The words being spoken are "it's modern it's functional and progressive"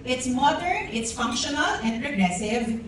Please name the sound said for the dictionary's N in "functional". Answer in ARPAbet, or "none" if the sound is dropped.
N